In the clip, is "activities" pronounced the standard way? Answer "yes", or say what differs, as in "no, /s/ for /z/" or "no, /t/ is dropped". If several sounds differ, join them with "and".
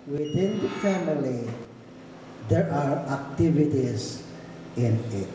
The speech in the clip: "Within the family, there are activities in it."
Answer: no, /s/ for /z/